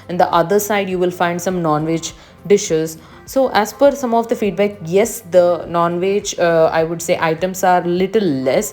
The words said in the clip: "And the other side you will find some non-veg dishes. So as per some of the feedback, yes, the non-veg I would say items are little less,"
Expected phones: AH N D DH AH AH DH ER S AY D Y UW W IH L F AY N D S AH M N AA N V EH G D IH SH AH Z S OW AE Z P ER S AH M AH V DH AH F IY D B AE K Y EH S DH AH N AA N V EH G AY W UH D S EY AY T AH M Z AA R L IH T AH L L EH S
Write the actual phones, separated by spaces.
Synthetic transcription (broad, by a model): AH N D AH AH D ER S AY D Y UW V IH L F AY N D S AH M N AA N V EH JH D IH SH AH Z S OW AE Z F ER S AH M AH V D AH F IY D B AE K Y EH S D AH N AA N V EH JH AY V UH D S EY AY T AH M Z AA R L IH T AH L L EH S